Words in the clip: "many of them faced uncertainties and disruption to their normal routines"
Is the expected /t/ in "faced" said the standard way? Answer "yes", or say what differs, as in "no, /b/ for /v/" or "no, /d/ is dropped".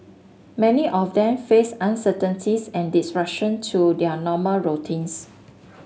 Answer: no, /t/ is dropped